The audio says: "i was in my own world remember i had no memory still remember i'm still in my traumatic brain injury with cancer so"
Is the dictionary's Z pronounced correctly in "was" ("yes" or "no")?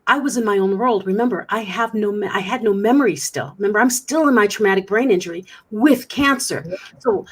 yes